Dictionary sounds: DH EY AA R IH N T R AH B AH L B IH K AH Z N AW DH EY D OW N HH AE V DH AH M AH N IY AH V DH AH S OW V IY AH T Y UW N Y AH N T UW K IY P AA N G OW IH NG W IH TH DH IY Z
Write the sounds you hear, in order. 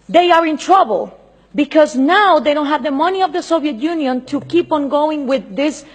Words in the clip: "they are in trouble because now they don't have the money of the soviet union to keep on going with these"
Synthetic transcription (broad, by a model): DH EY AA R IH N T R AH B AH L B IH K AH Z N AW DH EY D OW N HH AE V DH AH M AH N IY AH V DH AH S OW V IY AH T Y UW N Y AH N T UW K IY P AA N G OW IH NG W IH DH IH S